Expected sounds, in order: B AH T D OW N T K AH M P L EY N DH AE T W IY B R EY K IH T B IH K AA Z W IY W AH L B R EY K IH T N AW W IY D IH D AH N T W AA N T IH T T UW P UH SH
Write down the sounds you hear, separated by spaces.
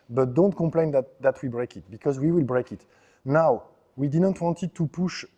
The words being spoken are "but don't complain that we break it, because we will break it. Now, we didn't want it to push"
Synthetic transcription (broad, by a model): B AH T D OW N T K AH M P L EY N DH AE T W IY B R EY K IH T B IH K AA Z W IY W AH L B R EY K IH T N AW W IY D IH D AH N T W AA N T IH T T UW P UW SH